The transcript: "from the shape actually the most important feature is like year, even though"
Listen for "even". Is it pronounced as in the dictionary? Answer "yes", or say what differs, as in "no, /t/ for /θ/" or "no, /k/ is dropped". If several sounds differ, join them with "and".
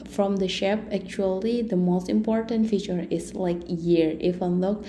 no, /f/ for /v/